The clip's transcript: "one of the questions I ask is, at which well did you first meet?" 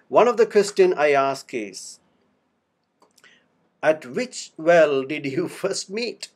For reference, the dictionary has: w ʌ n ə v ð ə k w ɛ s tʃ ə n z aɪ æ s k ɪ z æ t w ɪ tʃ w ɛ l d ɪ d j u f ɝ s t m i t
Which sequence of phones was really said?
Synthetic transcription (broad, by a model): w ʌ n ə v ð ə k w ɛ s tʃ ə n aɪ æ s k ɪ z æ t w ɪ tʃ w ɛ l d ɪ d j u f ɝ s t m i t